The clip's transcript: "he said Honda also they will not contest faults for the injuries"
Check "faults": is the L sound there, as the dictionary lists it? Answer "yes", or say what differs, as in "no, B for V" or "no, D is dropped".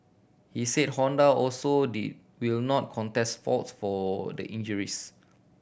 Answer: no, L is dropped